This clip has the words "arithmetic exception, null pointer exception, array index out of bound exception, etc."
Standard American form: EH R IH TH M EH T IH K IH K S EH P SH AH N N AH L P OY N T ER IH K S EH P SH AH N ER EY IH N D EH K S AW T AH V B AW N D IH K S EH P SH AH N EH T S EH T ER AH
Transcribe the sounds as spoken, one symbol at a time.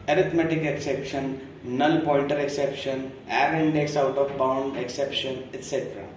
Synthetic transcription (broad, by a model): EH R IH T M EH T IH K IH K S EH P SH AH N N AH L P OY L T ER IH K S EH P SH AH N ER IH N D EH K S AW T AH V B AW N D IH K S EH P SH AH N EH T S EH T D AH